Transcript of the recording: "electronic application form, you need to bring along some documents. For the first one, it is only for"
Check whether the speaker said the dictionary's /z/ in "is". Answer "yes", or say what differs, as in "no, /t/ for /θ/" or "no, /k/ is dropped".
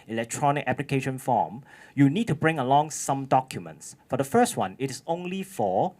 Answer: no, /s/ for /z/